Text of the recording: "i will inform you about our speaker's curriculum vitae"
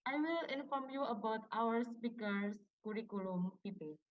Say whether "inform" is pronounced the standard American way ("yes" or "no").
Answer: yes